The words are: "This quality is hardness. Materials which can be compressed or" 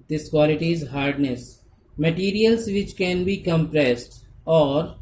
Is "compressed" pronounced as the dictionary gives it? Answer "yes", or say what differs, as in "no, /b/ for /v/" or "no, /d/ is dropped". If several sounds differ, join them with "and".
yes